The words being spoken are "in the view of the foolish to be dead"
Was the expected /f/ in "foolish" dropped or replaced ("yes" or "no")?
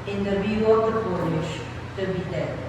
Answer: yes